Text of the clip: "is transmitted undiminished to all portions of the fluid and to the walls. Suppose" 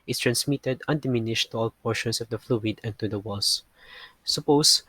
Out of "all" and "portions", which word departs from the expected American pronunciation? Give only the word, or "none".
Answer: portions